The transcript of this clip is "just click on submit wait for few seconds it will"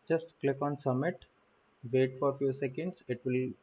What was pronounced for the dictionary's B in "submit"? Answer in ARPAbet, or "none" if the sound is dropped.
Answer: none